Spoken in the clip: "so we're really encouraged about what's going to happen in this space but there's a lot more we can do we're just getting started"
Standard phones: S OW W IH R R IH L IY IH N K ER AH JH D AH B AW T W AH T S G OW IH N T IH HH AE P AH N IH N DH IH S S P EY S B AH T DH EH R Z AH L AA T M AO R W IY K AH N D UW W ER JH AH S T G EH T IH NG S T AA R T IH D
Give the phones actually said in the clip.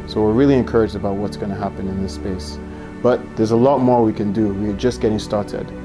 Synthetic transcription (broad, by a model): S OW W IH R R IH L IY IH N K ER AH JH D AH B AW T W AH T S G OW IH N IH HH AE P AH N IH N DH IH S S P EY S B AH T DH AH R Z AH L AA T M AO R W IY K AH N D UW W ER JH AH S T G EH T IH NG S T AA R T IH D